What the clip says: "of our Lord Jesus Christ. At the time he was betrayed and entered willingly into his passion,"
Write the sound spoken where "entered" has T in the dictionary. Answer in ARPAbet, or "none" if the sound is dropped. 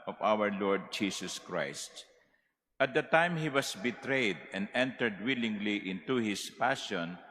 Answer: T